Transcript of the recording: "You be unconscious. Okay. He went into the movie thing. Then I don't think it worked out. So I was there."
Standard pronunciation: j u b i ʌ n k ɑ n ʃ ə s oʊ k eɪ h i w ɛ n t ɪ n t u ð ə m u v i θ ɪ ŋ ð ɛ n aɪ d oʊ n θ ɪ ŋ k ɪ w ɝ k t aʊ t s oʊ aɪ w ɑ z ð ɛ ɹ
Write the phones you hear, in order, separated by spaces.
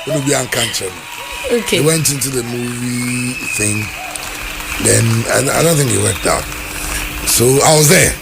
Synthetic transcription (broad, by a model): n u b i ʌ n k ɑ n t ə oʊ k eɪ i w ɛ n t ɪ n t u ð ə m u v i θ ɪ ŋ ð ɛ n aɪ d oʊ n θ ɪ ŋ k ɪ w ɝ k t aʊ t s oʊ aɪ w ɑ z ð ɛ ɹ